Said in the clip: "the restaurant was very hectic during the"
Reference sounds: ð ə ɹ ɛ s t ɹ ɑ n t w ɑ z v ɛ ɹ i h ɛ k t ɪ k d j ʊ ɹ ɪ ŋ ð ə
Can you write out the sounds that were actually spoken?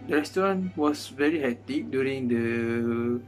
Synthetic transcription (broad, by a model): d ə ɹ ɛ s t ɹ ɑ n w ɑ s v ɛ ɹ i h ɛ t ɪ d j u ɹ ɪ ŋ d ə